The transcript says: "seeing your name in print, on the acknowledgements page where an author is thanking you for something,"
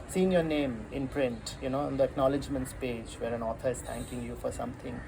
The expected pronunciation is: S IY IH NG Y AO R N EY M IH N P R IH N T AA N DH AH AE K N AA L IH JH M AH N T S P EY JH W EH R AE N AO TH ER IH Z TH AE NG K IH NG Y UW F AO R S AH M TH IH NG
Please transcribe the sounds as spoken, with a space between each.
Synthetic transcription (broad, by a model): S IY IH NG Y AO R N EY M IH N P R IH N T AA N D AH AE K N AA L IH JH M AH N T S P EY JH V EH R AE N AO T ER IH Z T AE NG K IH NG Y UW F AO R S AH M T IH NG